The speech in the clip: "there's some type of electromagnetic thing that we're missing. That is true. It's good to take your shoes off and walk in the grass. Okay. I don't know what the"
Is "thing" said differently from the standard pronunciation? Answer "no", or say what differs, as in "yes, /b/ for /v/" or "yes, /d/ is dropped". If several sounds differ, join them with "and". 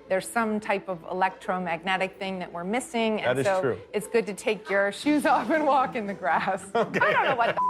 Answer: no